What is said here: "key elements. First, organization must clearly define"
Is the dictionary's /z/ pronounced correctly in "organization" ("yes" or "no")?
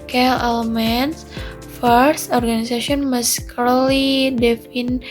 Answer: no